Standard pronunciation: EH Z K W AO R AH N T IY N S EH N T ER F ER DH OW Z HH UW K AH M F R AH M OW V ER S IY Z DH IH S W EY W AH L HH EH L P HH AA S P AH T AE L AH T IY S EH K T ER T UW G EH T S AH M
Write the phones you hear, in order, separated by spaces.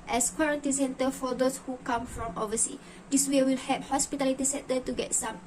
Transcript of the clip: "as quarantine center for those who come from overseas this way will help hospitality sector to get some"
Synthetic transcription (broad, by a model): EH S K W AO R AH N T IY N S EH N T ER F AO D OW S HH UW K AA M F R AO M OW V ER S IY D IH S W EY W AH L HH EH P HH AA S P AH T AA L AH T IY S EH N T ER T UW G EH T S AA M